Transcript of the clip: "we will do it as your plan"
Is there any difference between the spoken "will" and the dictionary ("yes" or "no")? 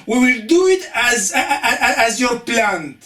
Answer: no